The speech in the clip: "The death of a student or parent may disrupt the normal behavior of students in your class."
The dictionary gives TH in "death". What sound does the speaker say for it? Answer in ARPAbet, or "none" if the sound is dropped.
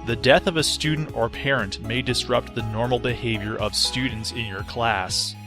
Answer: TH